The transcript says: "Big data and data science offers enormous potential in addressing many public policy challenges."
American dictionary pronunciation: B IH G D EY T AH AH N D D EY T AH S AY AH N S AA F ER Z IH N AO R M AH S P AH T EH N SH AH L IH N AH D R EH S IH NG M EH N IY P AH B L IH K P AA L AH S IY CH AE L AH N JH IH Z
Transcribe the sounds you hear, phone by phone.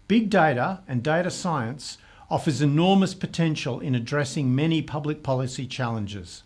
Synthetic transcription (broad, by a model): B IH G D EY T AH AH N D D EY T AH S AY AH N S AA F ER Z IH N AO R M AH S P AH T EH N SH AH L IH N AH D R EH S IH NG M EH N IY P AH B L IH K P AA L AH S IY CH AE L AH N JH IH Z